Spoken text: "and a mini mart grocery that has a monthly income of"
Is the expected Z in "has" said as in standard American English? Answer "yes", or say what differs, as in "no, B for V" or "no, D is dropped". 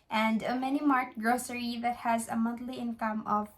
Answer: yes